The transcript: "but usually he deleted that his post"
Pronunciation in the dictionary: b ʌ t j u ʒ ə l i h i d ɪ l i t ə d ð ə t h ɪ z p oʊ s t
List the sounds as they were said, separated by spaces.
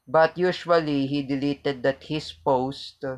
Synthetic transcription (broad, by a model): b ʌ t j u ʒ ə l i h i d ɪ l i t ə d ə t h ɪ s p oʊ s t